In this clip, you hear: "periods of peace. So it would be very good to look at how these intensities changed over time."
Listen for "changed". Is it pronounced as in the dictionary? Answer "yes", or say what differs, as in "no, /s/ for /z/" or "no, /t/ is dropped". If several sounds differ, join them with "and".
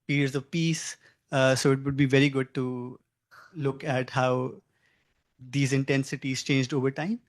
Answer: yes